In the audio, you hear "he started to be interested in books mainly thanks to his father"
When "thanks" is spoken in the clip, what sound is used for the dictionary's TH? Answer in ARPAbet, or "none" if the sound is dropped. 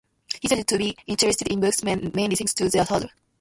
T